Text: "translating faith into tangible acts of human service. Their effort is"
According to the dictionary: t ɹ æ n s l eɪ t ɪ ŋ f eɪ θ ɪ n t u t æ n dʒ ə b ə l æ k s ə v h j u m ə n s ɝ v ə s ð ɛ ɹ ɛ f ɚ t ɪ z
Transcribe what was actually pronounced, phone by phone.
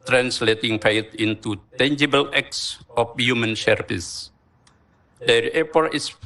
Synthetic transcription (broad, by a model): t ɹ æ n s l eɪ t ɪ ŋ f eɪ t ɪ n t u t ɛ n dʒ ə b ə l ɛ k s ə f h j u m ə n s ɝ p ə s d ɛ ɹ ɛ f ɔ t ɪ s